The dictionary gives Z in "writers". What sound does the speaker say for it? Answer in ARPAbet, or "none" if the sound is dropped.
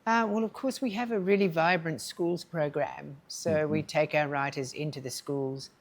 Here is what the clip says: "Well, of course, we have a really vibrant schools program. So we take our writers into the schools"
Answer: Z